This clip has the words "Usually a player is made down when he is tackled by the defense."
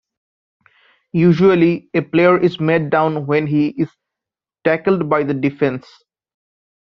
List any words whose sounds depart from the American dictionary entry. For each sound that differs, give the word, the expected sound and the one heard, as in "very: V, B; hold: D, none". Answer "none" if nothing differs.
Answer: none